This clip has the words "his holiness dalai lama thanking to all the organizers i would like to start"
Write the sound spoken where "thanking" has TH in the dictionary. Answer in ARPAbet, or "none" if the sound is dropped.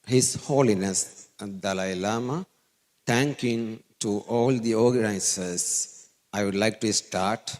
T